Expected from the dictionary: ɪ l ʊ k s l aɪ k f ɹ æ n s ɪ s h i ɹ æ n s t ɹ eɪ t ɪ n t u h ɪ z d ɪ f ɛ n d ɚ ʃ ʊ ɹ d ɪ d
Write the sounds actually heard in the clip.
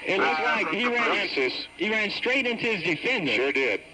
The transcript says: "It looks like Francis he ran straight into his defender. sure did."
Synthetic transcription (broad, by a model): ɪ n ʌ s l aɪ k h ɹ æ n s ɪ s h i ɹ æ n s t ɹ eɪ t ɪ n t u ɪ z d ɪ f ɛ n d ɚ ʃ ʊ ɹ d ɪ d